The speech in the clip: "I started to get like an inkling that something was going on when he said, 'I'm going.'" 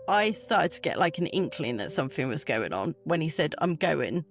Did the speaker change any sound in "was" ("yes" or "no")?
no